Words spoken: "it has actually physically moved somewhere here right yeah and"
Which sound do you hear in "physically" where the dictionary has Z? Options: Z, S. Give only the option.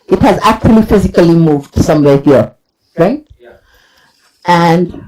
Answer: Z